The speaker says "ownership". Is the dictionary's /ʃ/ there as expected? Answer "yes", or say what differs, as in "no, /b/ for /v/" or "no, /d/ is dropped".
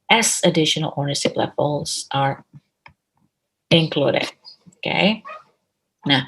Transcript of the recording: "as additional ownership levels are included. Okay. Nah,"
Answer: no, /s/ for /ʃ/